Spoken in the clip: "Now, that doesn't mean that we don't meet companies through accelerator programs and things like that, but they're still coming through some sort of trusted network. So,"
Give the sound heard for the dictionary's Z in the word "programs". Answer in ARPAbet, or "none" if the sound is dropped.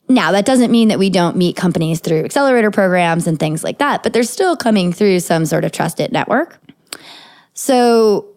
Z